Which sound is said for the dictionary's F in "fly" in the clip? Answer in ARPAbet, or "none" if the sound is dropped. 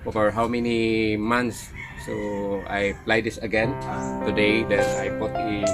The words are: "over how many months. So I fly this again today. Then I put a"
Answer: P